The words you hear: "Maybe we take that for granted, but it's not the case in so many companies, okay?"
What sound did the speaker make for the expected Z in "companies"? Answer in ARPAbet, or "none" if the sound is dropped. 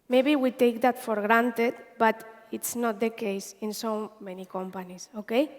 S